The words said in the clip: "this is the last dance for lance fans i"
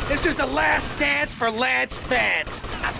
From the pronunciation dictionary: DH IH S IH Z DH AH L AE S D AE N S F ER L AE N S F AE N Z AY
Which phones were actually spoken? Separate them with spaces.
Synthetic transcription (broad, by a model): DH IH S IH Z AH L AE S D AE N S F ER L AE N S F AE N S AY